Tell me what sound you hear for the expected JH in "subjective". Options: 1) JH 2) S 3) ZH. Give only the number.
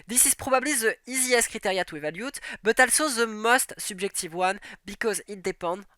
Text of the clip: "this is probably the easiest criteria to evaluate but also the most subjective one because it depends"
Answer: 3